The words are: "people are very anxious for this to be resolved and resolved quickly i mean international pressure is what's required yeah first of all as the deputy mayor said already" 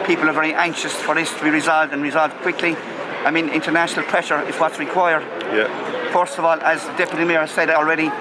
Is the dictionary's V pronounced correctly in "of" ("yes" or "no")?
yes